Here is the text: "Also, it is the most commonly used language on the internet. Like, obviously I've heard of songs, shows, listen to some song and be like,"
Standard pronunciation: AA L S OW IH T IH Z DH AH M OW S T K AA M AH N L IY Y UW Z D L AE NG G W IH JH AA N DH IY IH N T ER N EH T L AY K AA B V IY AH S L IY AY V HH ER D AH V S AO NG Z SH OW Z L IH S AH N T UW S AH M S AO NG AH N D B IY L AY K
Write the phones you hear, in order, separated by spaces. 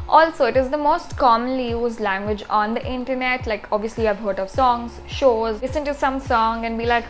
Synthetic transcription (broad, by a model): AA L S OW IH T IH Z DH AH M OW S T K AA M AH N L IY Y UW Z D L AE NG G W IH JH AA N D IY IH N T ER N EH T L AY K AA B V IY AH S L IY AY V HH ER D AH V S AO NG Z SH OW Z L IH S AH N T UW S AH M S AO NG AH N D B IY L AY K